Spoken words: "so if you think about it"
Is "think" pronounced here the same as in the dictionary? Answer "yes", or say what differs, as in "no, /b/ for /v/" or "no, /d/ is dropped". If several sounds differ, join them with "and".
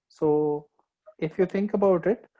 no, /t/ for /θ/